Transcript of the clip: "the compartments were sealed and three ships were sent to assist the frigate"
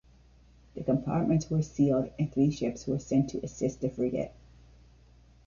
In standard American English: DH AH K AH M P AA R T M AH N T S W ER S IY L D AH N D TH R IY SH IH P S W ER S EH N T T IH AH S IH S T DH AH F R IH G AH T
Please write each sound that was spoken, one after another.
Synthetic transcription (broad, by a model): DH AH K AH M P AA R T M AH N T S W ER S IY L D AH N TH R IY SH IH P S W ER S EH N T T IH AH S IH S T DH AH F R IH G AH T